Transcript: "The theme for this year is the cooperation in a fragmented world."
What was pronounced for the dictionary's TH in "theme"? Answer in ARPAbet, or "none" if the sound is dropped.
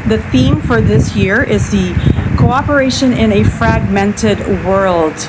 TH